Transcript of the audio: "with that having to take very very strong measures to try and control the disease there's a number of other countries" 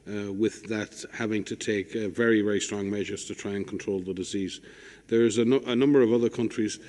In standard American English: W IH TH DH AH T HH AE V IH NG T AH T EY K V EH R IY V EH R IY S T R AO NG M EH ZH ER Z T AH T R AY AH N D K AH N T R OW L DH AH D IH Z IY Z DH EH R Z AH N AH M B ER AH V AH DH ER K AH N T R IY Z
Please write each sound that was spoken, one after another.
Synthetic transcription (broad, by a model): W IH DH AH T HH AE V IH NG T AH T EY K V EH R IY V EH R IY S T R AO NG M EH ZH ER Z T AH T R AY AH N K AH N T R OW L DH AH D IH Z IY Z DH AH R Z AH N AH M B ER AH V AH DH ER K AH N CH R IY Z